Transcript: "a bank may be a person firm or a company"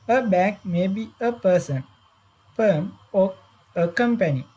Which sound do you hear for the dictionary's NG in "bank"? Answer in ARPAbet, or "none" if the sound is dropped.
none